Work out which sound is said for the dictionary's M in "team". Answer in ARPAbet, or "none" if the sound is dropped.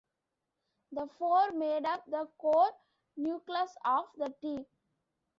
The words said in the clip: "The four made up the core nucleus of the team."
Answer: none